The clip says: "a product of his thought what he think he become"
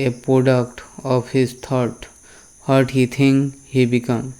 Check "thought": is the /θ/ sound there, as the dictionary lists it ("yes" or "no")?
no